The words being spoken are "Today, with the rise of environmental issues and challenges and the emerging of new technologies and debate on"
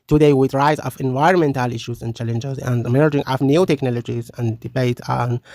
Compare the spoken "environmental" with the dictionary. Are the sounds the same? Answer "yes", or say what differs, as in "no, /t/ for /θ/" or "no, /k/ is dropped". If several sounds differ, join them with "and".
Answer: yes